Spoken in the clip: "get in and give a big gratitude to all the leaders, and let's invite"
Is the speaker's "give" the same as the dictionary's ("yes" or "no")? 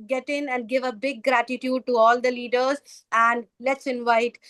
yes